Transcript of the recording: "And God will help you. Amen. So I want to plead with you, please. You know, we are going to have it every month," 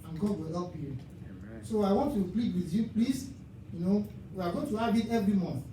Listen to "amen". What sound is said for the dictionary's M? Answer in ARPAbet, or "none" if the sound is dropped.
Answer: none